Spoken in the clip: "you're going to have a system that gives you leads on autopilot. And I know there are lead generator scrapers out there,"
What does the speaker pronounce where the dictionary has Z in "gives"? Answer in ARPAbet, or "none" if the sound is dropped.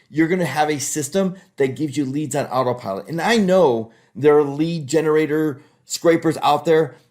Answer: Z